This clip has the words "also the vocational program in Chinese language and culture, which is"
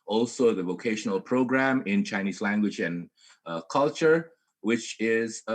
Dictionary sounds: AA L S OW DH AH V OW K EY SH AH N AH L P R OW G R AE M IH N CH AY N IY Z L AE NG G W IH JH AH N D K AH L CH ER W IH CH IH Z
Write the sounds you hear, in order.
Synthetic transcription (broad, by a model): AA L S OW DH AH V OW K EY SH AH N AH L P R OW G R AE M IH N CH AY N IY Z L AE NG G W IH JH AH N K AH L CH ER W IH CH IH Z